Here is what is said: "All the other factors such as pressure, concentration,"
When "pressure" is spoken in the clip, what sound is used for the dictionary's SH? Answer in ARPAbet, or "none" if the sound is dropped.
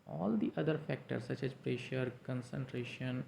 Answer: SH